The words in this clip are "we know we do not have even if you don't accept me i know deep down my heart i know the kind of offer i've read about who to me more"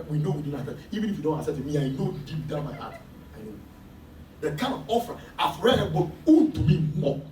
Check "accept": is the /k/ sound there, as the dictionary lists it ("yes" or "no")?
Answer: no